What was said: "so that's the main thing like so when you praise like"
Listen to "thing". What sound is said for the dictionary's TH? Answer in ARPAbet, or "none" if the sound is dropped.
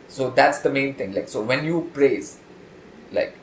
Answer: T